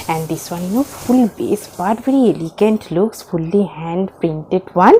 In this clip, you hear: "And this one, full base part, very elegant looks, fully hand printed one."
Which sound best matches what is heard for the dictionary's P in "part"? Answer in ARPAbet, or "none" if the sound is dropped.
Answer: B